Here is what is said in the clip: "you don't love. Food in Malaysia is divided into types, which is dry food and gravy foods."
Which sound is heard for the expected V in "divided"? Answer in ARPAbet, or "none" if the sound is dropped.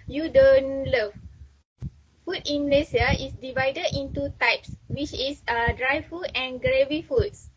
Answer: V